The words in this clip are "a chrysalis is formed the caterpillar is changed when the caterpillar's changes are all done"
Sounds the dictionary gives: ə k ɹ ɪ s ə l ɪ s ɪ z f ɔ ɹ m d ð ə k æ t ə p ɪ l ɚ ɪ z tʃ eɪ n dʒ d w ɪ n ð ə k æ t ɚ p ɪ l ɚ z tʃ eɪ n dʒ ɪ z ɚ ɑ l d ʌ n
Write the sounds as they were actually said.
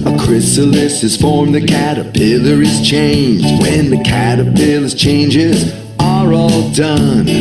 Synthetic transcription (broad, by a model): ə k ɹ ɪ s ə l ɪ s ɪ z f ɔ ɹ m ð ə k æ t ə p ɪ l ɚ ɪ z tʃ eɪ n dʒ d w ɪ n ð ə k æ t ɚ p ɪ l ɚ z tʃ eɪ n dʒ ɪ z ɚ ɑ l d ʌ n